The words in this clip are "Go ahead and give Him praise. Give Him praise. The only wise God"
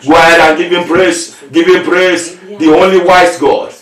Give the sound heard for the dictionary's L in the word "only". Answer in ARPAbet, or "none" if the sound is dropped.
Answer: L